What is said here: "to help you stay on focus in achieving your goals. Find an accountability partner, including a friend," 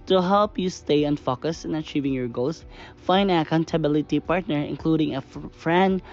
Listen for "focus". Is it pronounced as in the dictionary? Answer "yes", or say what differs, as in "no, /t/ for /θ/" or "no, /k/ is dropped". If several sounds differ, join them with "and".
yes